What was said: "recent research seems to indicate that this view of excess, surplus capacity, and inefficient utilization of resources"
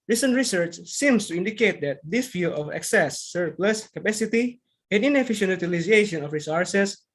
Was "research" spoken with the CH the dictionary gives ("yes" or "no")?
yes